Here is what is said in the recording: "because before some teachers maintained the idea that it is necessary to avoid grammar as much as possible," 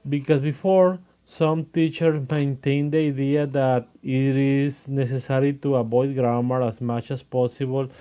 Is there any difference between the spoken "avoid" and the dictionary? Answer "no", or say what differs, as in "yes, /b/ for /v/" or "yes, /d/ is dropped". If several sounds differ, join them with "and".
yes, /b/ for /v/